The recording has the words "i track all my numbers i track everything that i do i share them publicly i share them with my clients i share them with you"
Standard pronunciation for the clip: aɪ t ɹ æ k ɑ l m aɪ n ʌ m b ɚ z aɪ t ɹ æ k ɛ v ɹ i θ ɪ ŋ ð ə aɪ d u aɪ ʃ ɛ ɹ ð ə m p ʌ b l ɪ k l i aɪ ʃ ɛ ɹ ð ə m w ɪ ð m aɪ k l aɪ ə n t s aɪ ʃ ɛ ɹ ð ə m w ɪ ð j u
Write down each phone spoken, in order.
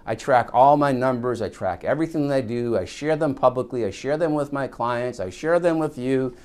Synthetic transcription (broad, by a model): aɪ t ɹ æ k ɑ l m aɪ n ʌ m b ɚ z aɪ t ɹ æ k ɛ v ɹ i θ ɪ ŋ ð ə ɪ d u aɪ ʃ ɛ ɹ ð ə m p ʌ b l ɪ k l i aɪ ʃ ɛ ɹ ð ə m w ɪ ð m aɪ k l aɪ ə n t s aɪ ʃ ɛ ɹ ð ə m w ɪ ð j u